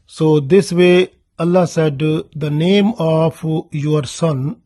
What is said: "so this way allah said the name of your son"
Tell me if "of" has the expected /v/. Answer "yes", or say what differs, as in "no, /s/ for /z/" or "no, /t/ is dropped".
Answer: no, /p/ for /v/